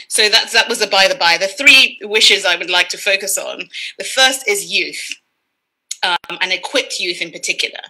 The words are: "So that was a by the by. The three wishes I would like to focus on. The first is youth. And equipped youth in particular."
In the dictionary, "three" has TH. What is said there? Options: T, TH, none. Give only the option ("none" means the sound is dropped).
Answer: TH